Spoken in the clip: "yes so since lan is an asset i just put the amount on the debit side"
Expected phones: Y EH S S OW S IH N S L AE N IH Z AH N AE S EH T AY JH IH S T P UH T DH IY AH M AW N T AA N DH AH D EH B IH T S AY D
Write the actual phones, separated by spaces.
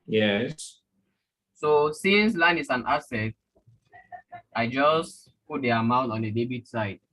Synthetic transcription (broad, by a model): Y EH S S OW S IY N S L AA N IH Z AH N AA S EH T AY JH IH S P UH T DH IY AH M AW N T AA N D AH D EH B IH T S AY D